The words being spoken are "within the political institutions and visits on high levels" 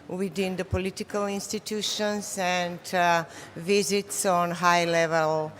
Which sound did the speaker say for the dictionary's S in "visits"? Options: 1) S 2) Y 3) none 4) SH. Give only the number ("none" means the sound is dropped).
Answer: 1